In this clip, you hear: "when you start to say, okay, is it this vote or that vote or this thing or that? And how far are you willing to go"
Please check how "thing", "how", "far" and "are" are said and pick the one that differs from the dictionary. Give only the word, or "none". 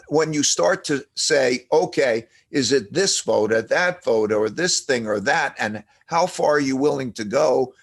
none